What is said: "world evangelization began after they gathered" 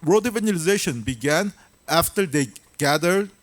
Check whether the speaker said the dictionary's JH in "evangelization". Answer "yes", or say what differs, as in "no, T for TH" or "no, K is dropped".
no, JH is dropped